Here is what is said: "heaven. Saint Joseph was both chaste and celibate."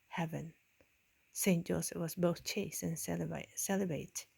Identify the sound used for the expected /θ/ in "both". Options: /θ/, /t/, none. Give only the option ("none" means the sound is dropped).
/θ/